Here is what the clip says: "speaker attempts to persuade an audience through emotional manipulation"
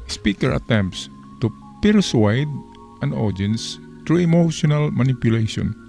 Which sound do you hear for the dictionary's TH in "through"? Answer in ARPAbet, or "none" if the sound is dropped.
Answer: T